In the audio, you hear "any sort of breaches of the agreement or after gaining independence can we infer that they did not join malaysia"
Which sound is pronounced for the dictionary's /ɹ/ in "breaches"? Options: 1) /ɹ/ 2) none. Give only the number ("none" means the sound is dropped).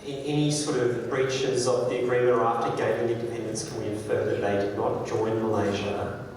1